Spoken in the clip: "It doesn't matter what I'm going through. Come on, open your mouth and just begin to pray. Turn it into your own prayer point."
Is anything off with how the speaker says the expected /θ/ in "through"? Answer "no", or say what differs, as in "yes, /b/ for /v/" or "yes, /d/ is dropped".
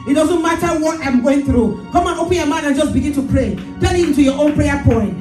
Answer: no